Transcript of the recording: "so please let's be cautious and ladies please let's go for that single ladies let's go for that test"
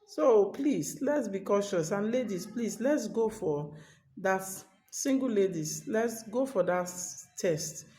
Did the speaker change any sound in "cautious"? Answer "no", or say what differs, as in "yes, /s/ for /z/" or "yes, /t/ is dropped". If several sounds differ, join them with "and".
no